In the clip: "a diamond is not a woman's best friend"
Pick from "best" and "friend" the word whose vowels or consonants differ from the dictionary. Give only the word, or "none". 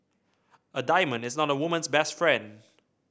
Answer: none